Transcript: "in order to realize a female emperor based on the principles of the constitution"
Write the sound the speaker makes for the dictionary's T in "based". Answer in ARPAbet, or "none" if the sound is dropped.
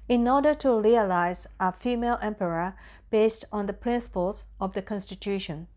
T